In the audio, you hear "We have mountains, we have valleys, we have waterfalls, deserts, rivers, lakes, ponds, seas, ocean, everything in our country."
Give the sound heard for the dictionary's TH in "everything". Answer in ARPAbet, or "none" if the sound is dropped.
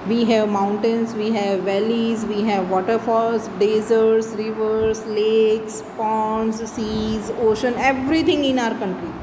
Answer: T